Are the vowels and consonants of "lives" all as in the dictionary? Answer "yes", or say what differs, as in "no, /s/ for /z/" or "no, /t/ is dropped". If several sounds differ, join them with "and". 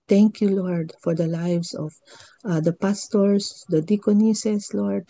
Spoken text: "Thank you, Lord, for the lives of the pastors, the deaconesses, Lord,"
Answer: no, /s/ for /z/